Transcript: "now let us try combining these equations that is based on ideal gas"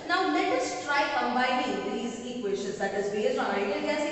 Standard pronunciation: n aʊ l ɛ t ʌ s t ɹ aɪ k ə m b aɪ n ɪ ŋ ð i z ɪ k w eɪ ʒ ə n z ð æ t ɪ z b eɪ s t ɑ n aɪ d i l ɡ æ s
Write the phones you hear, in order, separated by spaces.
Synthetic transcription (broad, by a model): n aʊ l ɛ t ʌ s t ɹ aɪ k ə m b aɪ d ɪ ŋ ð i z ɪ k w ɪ ʃ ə z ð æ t ɪ z b eɪ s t ɑ n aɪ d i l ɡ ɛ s